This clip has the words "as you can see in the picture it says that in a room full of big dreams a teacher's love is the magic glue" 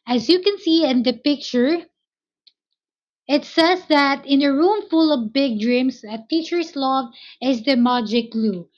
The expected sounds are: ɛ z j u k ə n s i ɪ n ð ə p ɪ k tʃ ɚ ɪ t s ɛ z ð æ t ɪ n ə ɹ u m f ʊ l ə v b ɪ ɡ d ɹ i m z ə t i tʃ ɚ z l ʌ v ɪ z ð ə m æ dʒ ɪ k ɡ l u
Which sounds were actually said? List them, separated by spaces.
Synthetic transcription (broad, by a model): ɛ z j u k ə n s i ɪ n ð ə p ɪ k tʃ ɚ ɪ t s ɛ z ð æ t ɪ n ə ɹ u m f ʊ l ə v b ɪ ɡ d ɹ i m s ə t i tʃ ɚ s l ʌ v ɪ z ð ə m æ dʒ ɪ k l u